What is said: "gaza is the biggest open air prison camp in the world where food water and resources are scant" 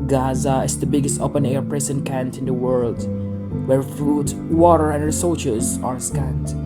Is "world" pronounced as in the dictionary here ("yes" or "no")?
yes